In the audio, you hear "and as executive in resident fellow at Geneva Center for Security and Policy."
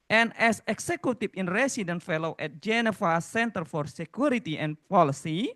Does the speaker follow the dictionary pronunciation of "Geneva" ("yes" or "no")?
no